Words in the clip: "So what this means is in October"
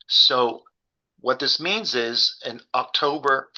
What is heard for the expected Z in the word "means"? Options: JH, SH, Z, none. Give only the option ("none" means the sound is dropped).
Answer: Z